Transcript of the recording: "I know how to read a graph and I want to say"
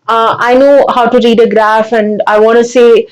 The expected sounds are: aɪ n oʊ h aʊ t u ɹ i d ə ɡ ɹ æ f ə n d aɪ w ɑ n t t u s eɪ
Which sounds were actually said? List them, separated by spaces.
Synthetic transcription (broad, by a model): aɪ n oʊ h aʊ t u ɹ i d ə ɡ ɹ æ f ə n d aɪ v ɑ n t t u s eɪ